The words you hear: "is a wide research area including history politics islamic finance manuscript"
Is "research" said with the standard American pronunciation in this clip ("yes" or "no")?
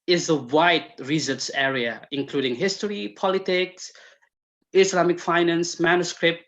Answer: no